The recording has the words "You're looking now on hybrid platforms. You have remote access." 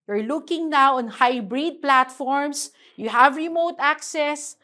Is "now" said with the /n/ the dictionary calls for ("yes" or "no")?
yes